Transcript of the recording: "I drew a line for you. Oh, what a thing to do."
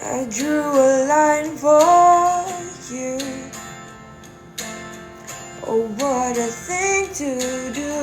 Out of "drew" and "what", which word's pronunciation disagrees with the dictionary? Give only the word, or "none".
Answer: none